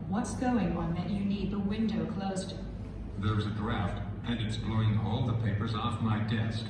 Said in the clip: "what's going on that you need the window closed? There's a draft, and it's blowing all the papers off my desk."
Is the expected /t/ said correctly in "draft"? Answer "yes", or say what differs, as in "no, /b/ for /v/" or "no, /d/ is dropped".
yes